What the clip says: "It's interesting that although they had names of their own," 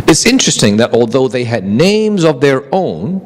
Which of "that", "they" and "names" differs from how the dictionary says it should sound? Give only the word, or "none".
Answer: none